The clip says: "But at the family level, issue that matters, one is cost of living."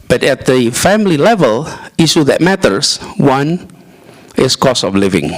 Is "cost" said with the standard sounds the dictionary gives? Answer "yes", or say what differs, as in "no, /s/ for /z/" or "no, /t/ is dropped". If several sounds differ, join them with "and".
no, /t/ is dropped